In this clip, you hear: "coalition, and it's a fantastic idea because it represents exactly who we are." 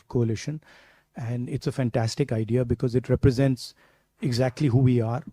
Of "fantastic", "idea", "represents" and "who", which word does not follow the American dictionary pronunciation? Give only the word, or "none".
none